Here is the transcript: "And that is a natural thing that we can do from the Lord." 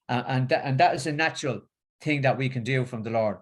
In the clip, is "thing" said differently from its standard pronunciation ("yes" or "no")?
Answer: no